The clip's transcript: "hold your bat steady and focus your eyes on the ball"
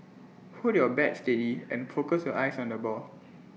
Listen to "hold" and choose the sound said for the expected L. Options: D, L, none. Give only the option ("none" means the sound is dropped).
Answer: none